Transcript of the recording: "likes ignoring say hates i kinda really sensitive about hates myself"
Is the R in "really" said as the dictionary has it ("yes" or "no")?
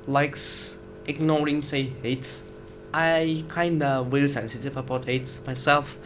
no